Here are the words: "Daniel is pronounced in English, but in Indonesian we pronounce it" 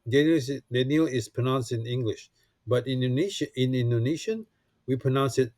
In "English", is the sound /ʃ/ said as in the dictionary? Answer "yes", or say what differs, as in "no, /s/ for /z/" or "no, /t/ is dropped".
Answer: yes